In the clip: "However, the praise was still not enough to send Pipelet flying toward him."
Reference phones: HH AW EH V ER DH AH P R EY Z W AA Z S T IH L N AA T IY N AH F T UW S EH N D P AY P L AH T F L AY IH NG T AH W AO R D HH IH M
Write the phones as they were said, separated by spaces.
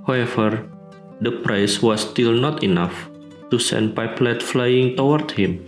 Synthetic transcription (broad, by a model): HH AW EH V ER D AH P R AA S W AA S T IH L N AA T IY N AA F T UW S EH N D P AY P L AH T F L AY IH NG T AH W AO R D HH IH M